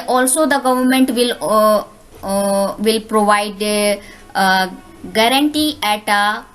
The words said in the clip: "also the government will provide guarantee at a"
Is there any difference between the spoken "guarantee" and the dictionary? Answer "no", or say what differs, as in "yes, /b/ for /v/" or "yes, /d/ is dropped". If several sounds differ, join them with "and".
no